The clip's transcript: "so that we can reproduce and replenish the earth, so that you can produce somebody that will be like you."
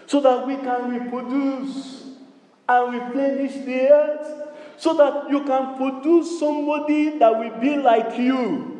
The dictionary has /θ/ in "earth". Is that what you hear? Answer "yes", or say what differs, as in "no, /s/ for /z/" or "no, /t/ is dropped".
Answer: no, /t/ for /θ/